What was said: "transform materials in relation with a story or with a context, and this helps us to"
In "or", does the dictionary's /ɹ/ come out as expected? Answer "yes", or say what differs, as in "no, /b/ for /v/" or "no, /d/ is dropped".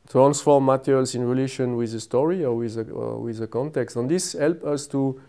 no, /w/ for /ɹ/